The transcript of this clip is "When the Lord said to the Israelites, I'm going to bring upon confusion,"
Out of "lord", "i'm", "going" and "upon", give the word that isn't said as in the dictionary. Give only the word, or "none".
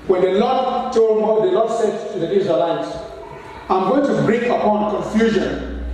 lord